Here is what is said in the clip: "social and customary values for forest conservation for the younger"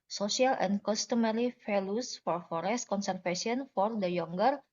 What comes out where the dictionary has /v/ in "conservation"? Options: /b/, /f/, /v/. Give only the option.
/f/